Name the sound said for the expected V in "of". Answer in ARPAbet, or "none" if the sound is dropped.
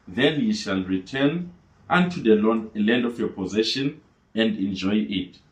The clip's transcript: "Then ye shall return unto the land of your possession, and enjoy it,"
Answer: F